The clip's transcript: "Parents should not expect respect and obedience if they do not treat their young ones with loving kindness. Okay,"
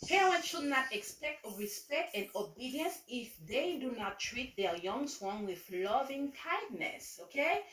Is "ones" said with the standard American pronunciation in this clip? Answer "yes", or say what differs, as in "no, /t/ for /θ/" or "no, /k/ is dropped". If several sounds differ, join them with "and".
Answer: no, /z/ is dropped